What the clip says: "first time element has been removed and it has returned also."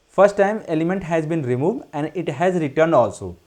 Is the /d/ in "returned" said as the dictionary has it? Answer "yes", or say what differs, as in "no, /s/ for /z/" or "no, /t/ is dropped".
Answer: yes